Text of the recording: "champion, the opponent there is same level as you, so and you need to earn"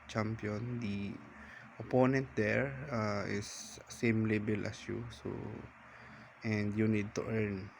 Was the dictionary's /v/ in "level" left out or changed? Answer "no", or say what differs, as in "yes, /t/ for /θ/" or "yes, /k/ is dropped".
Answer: yes, /b/ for /v/